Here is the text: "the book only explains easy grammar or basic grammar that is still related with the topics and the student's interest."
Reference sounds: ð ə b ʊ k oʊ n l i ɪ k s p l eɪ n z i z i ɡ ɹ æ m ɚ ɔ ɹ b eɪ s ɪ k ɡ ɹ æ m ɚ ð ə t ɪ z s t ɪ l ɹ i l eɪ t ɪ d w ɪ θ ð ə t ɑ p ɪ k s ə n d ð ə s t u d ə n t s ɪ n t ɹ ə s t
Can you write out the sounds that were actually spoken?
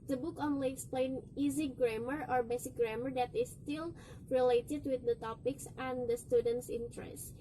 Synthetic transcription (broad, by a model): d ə b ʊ k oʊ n l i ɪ k s p l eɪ n i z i ɡ ɹ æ m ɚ ɔ ɹ b eɪ s ɪ k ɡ ɹ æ m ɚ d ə t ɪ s t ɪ l ɹ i l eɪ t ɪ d w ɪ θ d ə t ɑ p ɪ k s ə n d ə s t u d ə n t s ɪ n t ɹ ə s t